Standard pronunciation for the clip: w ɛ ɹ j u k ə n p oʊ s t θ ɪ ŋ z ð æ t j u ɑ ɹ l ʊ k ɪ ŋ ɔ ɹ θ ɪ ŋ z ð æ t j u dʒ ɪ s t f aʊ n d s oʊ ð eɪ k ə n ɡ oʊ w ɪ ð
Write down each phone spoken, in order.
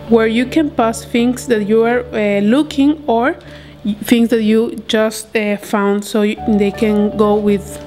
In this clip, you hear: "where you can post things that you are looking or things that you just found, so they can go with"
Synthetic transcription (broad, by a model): w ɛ ɹ j u k ə n p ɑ s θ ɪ ŋ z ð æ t j u ɑ ɹ l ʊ k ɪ ŋ ɔ ɹ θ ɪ ŋ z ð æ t j u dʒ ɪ s t f aʊ n d s oʊ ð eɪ k ə n ɡ oʊ w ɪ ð